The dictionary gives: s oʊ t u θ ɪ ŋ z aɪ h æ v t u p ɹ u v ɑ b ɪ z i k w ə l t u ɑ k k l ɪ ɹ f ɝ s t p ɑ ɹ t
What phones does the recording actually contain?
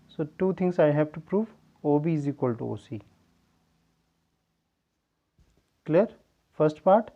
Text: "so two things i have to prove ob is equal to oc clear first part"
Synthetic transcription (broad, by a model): s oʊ t u t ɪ ŋ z aɪ h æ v t u p ɹ u v ɑ b ɪ z i k w ə l t u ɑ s k l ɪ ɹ f ɝ s t p ɑ ɹ t